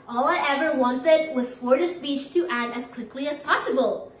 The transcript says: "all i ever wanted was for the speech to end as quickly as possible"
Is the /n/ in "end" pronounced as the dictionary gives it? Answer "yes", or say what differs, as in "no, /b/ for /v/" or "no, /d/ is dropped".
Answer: no, /n/ is dropped